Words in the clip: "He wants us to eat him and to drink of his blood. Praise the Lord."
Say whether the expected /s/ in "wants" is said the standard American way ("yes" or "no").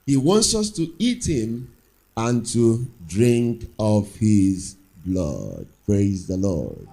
yes